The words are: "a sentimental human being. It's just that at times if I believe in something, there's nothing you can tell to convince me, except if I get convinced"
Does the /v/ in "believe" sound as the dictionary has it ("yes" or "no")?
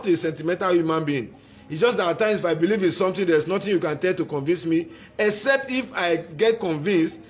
yes